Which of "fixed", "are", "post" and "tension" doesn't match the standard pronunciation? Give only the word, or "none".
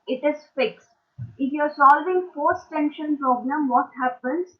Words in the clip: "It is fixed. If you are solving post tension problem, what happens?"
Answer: post